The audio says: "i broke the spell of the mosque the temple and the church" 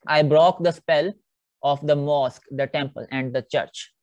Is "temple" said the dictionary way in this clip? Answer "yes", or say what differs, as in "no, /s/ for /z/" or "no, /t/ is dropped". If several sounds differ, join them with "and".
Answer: yes